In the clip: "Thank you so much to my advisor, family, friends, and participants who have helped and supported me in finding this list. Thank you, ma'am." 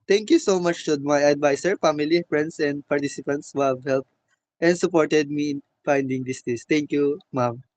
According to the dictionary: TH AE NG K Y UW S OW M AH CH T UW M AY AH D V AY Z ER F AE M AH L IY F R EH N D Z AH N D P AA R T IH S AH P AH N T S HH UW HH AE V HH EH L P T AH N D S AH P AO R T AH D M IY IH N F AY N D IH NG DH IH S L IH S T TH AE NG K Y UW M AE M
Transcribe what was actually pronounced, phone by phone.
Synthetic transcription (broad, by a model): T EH NG K Y UW S OW M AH CH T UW M AY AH D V AY S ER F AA M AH L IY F R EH N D S AH N D P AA R T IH S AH P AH N T S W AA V HH EH L P T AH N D S AH P AO R T AH D M IY IH N F AY N D IH NG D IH S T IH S T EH NG K Y UW M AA M